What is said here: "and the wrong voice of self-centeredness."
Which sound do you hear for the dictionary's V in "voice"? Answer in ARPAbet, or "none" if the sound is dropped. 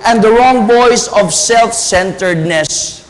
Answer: B